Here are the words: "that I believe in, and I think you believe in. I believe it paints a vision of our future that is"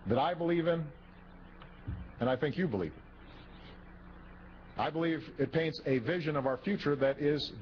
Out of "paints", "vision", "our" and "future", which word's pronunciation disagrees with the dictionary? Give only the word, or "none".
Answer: none